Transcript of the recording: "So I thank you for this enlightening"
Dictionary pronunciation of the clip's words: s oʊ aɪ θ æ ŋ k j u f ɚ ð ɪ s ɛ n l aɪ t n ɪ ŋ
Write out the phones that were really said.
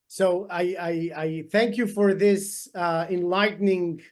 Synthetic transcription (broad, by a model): s oʊ aɪ θ æ ŋ k j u f ɚ ð ɪ s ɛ n l aɪ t n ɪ ŋ